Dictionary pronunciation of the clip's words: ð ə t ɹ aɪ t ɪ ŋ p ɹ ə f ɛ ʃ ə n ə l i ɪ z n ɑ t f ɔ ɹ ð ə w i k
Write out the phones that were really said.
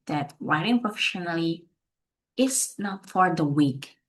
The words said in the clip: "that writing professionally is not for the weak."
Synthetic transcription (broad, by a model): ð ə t w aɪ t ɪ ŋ p ɹ ə f ɛ ʃ ə n ə l i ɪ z n ɑ t f ɔ ɹ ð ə w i k